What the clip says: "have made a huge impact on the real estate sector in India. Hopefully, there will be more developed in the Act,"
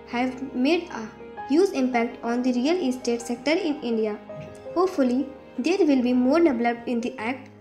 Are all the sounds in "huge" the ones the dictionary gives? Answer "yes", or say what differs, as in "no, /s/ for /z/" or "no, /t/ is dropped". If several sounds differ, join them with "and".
no, /z/ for /dʒ/